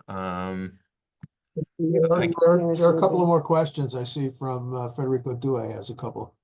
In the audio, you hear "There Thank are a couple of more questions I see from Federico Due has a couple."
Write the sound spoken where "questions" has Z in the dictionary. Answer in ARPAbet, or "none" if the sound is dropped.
Z